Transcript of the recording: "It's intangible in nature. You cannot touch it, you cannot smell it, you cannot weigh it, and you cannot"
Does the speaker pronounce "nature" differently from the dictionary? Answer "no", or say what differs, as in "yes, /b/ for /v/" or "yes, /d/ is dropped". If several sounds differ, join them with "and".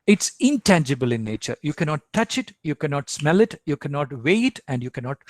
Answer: no